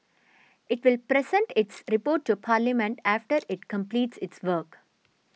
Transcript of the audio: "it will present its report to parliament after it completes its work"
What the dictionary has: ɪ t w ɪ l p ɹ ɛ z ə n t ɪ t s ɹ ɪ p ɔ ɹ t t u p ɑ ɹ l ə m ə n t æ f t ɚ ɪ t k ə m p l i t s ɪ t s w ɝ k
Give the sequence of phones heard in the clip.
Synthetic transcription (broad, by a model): ɪ t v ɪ l p ɹ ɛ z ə n t ɪ t s ɹ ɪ p ɔ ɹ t t u p ɑ ɹ l ə m ə n t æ f t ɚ ɪ t k ə m p l i t s ɪ t s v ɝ k